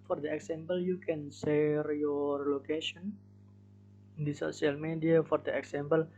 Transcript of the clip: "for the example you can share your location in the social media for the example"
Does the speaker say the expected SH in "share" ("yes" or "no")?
no